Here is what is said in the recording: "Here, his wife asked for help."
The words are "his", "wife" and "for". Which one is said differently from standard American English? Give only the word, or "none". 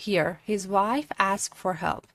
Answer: none